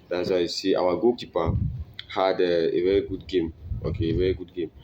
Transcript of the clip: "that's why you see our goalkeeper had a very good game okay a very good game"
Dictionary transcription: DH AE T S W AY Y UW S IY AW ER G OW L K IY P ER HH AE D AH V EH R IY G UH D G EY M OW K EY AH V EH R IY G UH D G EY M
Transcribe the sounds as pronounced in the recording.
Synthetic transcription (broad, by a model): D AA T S W AY S IY AW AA G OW K IY P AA HH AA D AH V EH R IY G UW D G EY M OW K EY V EH R IY G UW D G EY M